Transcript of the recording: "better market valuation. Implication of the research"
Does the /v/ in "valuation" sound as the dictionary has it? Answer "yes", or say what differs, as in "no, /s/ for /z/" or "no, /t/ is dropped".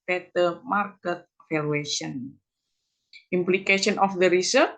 no, /f/ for /v/